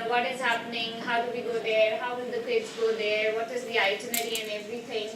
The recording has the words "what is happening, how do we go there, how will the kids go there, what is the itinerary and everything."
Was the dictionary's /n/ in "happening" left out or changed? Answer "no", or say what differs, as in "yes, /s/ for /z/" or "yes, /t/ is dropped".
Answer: no